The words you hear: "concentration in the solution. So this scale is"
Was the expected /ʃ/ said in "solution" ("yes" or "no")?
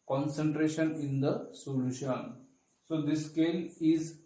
yes